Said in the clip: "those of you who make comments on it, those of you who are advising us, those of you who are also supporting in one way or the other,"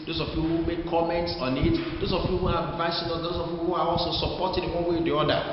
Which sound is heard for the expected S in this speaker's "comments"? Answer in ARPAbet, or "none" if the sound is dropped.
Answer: S